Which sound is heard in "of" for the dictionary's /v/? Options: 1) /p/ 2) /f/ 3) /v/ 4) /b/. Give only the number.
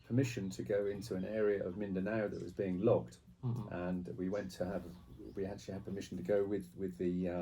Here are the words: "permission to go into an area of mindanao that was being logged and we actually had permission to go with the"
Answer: 3